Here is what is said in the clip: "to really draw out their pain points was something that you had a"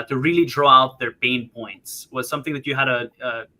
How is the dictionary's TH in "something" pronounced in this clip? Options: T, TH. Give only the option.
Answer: TH